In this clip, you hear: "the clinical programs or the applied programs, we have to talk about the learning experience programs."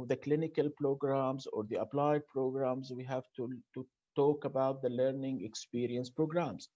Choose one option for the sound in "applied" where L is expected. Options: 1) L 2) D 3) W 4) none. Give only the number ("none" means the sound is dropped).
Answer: 1